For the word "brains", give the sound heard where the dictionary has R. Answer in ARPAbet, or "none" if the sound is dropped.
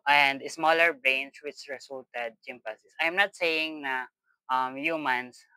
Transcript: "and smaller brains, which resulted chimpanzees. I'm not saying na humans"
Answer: none